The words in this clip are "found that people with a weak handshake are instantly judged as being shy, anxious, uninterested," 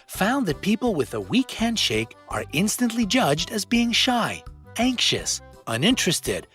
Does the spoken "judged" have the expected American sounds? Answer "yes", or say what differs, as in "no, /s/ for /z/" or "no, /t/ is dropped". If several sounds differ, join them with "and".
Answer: yes